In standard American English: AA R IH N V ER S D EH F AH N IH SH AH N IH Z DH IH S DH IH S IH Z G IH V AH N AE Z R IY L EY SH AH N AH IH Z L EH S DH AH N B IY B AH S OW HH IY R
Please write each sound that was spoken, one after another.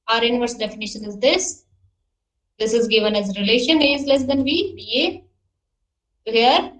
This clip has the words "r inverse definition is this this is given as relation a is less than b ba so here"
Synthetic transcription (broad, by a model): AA R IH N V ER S D EH F AH N IH SH AH N IH Z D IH S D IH S IH Z G IH V AH N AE Z R IY L EY SH AH N IH Z L EH S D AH N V IY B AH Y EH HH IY R